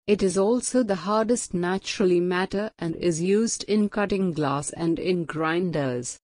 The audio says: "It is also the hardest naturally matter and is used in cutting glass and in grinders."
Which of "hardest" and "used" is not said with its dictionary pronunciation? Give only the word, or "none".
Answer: none